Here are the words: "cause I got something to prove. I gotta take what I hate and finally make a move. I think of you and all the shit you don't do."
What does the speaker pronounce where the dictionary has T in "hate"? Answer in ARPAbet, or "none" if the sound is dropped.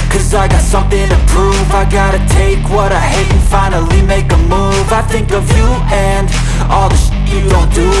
none